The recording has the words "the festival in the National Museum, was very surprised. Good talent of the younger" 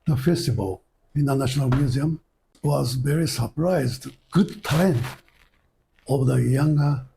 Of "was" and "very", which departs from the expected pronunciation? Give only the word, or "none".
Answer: none